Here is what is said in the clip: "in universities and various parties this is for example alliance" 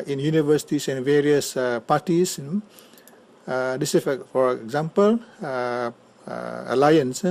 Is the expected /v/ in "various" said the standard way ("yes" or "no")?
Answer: yes